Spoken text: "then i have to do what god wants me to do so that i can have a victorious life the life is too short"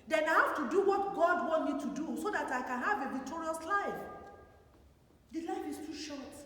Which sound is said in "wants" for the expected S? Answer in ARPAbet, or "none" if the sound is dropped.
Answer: none